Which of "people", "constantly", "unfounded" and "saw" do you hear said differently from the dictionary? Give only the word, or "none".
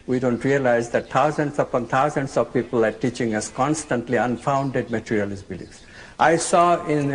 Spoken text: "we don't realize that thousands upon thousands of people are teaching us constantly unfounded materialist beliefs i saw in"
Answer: none